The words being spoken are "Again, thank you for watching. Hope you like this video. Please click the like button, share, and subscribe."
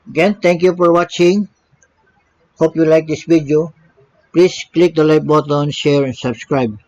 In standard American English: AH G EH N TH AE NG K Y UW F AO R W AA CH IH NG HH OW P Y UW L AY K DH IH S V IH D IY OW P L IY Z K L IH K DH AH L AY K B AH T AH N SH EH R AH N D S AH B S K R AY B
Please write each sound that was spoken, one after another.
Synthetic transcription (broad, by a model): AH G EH N T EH NG K Y UW F AO R W AA CH IH NG HH OW P Y UW L AY K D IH S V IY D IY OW P L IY S K L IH K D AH L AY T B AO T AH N SH EH R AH N S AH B S K R AY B